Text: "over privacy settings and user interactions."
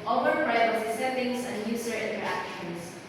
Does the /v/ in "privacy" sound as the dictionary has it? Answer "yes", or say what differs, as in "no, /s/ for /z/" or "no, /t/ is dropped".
no, /v/ is dropped